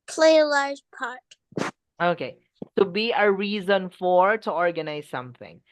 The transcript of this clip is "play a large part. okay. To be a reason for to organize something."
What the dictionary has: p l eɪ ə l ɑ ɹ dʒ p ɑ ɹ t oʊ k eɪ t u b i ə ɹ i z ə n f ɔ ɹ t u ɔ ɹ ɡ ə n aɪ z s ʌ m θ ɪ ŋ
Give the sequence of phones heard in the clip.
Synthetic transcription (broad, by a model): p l eɪ ə l ɑ ɹ dʒ p ɑ ɹ t oʊ k eɪ t u b i ə ɹ i z ə n f ɔ ɹ t u ɔ ɹ ɡ ə n aɪ z s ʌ m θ ɪ ŋ